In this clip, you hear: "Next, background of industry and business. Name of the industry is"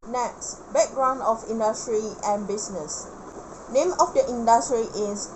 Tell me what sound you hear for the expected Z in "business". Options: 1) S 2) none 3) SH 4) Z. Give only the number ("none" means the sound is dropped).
1